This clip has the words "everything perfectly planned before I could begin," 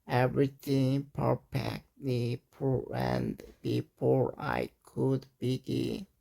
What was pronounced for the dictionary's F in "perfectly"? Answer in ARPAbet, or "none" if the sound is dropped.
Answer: P